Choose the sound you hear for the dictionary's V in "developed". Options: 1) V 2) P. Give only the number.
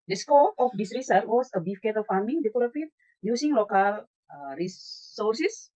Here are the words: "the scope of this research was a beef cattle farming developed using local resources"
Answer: 2